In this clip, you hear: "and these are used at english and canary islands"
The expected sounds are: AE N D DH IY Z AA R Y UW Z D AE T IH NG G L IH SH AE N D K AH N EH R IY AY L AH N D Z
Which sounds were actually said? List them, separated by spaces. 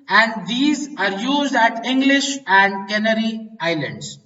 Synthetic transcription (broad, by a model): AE N D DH IY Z AA R Y UW Z D AE T IH NG G L IH SH AE N D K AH N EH R IY AY L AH N D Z